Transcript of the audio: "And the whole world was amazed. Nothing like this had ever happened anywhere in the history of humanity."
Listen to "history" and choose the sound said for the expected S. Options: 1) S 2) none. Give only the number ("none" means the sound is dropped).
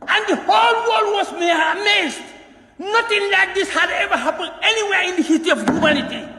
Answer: 2